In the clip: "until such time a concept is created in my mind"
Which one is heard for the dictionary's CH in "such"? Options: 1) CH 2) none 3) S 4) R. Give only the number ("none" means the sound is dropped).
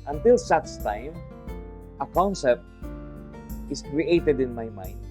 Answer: 3